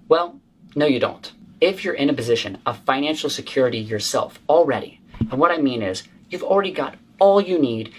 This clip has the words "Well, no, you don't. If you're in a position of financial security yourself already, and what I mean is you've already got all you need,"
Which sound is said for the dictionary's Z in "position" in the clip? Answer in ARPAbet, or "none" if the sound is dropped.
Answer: Z